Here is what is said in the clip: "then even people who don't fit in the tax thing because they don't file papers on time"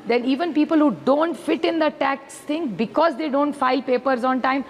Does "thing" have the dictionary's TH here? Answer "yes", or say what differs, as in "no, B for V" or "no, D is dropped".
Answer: no, T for TH